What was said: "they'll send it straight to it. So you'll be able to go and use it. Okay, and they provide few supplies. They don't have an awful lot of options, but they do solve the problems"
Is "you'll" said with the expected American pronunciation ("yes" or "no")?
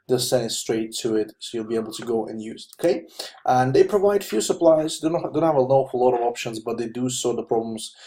yes